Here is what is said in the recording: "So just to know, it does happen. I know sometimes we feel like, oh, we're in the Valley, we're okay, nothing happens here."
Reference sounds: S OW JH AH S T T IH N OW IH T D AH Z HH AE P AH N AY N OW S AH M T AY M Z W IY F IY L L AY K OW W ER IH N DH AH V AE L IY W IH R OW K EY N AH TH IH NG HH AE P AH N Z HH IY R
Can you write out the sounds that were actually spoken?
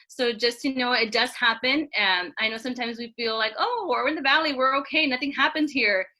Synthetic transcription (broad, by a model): S OW JH AH S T T IH N OW IH T D AH Z HH AE P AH N AY N OW S AH M T AY M Z W IY F IY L L AY K OW W ER IH N DH AH V AE L IY W IH R OW K EY N AH TH IH NG HH AE P AH N Z HH IY R